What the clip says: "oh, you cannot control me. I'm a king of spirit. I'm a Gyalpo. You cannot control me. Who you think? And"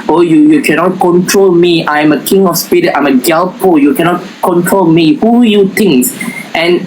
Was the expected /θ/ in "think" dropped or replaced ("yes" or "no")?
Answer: yes